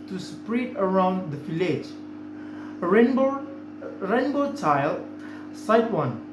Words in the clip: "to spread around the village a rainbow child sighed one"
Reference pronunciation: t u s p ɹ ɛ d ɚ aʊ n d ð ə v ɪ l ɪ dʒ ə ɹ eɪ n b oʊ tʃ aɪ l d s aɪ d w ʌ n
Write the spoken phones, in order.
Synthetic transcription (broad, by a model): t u s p ɹ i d ɚ aʊ n d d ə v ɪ l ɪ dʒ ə ɹ eɪ n b oʊ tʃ aɪ l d s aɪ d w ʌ n